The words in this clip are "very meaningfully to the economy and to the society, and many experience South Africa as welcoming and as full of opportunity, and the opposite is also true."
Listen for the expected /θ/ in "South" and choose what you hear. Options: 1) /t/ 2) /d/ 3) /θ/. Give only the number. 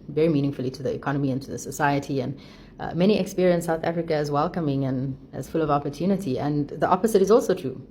3